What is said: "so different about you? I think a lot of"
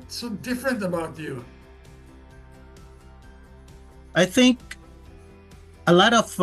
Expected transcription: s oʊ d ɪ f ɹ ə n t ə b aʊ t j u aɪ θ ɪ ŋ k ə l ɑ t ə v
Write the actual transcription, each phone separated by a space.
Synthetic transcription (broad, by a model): s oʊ d ɪ f ɹ ə n t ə b aʊ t j u aɪ θ ɪ ŋ k ə l ɑ t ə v